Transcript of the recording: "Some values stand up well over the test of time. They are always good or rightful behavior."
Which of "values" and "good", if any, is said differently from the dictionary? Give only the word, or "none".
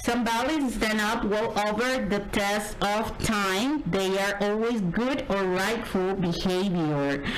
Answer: values